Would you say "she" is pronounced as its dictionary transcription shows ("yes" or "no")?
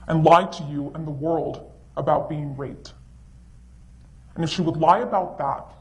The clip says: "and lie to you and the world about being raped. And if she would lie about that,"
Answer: yes